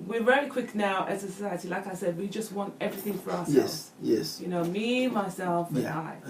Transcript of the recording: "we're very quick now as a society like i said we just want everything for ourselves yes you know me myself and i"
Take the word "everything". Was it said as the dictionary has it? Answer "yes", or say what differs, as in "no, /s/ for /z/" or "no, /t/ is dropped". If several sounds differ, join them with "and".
yes